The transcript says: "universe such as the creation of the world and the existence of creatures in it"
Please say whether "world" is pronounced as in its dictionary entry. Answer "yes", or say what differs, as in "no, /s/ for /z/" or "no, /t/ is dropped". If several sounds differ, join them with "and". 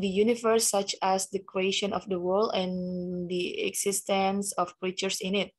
yes